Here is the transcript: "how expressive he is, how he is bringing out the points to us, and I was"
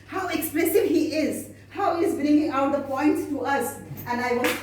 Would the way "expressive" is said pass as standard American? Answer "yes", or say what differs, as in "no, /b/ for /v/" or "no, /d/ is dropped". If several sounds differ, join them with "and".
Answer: no, /l/ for /ɹ/